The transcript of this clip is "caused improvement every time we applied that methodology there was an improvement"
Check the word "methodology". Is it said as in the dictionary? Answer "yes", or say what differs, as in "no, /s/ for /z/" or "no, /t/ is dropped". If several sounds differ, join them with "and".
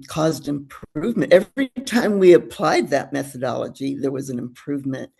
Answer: yes